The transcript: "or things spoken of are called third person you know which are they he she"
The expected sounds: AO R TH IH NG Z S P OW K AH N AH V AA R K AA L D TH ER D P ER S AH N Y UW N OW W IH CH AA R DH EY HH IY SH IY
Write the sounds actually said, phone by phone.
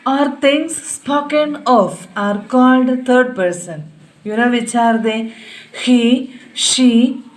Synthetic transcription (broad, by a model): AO R T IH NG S S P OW K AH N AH F AA R K AA L D T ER D P ER S AH N Y UW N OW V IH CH AA R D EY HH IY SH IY